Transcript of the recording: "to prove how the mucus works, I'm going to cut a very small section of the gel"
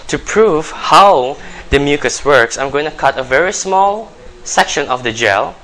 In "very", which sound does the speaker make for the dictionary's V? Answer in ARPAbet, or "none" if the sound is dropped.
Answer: V